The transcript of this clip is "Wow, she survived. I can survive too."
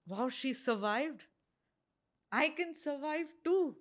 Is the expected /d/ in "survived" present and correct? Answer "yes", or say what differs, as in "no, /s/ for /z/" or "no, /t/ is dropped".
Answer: yes